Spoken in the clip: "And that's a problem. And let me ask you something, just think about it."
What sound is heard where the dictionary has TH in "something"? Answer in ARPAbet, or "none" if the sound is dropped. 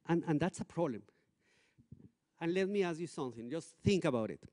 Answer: TH